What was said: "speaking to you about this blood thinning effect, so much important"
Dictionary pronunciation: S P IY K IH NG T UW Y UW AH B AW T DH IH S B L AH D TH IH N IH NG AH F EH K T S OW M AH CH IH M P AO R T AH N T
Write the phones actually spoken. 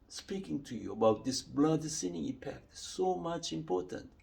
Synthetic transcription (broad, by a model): S P IY K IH NG T UW Y UW AH B AW T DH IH S B L AH D S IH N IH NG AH P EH K T S OW M AH CH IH M P AO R T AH N T